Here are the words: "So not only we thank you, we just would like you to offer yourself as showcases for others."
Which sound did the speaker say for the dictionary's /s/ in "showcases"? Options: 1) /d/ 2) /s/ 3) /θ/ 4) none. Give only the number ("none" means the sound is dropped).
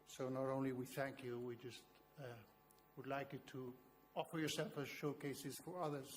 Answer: 2